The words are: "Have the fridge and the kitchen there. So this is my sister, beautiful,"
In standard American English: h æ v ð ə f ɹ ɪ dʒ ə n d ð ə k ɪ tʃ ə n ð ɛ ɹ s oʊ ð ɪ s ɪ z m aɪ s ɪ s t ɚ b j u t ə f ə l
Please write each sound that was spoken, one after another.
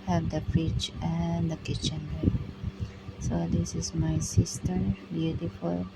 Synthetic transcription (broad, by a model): h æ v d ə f ɪ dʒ ə n d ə k ɪ tʃ ə n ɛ s oʊ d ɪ s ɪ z m aɪ s ɪ s t ɚ b j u t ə f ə l